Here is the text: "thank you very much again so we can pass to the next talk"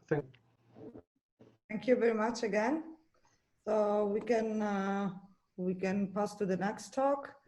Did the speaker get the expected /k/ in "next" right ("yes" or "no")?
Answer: yes